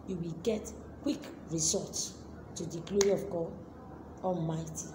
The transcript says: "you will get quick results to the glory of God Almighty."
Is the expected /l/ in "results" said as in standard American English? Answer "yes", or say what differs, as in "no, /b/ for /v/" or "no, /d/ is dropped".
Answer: no, /l/ is dropped